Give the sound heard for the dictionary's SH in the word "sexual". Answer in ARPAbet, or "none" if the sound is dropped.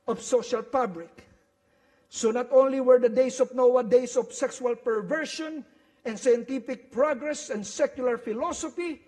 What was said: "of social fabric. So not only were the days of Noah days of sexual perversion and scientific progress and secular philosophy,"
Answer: S